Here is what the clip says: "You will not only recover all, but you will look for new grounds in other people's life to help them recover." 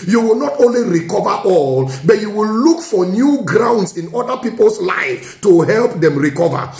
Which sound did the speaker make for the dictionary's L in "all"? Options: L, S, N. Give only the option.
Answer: L